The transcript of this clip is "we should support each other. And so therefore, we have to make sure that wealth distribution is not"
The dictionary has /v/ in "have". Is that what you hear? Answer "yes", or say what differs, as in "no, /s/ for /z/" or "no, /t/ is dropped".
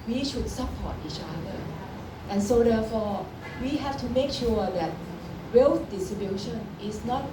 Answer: no, /f/ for /v/